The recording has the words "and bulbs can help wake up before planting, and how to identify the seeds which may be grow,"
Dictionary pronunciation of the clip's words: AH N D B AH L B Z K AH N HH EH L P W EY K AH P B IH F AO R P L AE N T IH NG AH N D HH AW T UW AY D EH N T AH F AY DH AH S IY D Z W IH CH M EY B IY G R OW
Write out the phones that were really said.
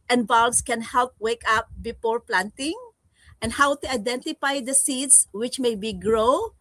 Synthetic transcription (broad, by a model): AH N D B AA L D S K AH N HH EH L P W EY K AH P B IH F AO R P L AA N T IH NG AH N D HH AW T UW AY D EH N T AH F AY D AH S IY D S W IH CH M EY B IY G R OW